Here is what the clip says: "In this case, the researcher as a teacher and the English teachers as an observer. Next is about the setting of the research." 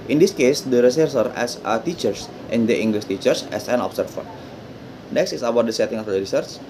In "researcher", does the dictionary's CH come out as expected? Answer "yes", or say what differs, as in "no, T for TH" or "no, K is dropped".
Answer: no, S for CH